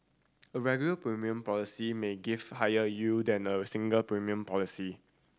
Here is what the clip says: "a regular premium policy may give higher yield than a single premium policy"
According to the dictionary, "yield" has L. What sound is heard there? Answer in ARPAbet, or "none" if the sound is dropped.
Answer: none